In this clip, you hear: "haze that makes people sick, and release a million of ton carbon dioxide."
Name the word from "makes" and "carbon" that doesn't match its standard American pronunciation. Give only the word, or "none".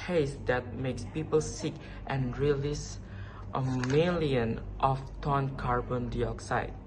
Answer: none